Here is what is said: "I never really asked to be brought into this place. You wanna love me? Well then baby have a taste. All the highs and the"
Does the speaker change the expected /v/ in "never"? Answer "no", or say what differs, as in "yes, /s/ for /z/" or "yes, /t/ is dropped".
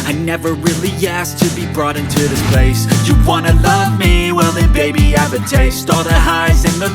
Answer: no